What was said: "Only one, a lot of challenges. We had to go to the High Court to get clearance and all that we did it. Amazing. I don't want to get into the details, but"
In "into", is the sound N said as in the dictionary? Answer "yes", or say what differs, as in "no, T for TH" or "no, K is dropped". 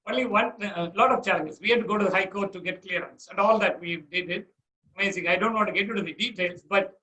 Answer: no, N is dropped